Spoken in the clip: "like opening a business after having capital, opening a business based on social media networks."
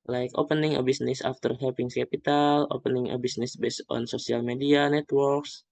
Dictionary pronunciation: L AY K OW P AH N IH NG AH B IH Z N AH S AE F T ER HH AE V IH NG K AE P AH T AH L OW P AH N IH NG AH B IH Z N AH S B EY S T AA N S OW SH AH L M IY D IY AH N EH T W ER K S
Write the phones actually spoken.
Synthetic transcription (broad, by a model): L AY K OW P AH N IH NG AH B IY S N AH S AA F T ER HH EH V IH NG K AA P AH T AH L OW P AH N IH NG AH B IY S N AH S B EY S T AA N S OW S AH L M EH D IY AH N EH T W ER K S